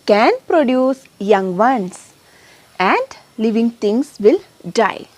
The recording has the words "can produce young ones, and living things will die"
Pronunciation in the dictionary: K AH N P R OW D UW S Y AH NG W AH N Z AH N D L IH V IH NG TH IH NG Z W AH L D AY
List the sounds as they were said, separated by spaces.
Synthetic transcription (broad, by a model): K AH N P R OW D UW S Y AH NG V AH N S AH N D L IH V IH NG T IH NG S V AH L D AY